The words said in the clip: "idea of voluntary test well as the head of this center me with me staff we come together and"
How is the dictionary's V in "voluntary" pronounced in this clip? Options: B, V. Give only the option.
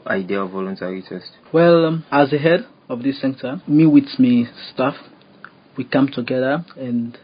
V